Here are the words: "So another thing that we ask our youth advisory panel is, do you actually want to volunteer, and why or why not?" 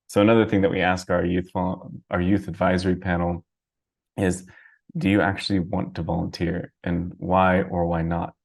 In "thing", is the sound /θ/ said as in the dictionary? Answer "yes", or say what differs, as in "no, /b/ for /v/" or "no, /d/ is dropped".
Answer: yes